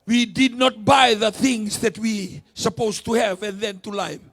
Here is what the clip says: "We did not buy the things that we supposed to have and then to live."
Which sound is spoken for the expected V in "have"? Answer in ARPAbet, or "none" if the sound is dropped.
V